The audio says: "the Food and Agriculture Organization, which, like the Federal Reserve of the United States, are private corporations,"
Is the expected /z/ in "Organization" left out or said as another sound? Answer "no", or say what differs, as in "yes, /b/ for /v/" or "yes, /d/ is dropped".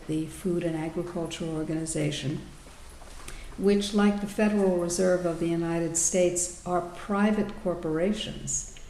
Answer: no